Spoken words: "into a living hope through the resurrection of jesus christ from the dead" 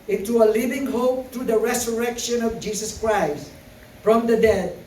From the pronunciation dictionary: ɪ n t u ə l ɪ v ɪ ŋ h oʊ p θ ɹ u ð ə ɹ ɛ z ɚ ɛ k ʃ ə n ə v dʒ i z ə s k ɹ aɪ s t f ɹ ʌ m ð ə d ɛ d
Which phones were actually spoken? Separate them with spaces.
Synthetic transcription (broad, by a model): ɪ n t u ə l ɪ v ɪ ŋ h oʊ p t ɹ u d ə ɹ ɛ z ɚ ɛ k ʃ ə n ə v dʒ i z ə s k ɹ aɪ s t f ɹ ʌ m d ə d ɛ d